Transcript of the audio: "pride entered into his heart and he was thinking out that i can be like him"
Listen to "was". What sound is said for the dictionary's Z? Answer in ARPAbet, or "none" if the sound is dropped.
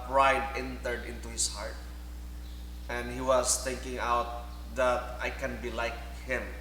S